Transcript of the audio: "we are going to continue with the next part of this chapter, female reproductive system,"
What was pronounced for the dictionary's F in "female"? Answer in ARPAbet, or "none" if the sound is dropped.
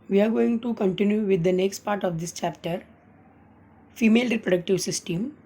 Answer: F